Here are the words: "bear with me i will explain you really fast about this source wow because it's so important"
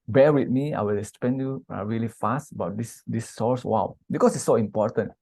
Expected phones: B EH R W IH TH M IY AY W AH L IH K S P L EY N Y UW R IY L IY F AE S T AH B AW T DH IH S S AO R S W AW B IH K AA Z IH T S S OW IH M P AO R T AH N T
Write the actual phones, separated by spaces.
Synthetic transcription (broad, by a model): B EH W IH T M IY AY W AH L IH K S P EY N Y UW R IY L IY F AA S T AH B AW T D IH S S AO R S W AW B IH K AA S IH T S S OW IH M P AO T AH N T